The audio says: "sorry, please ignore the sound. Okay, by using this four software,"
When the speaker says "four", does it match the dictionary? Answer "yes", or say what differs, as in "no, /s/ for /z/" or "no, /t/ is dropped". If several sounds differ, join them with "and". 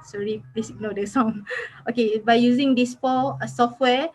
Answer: no, /l/ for /ɹ/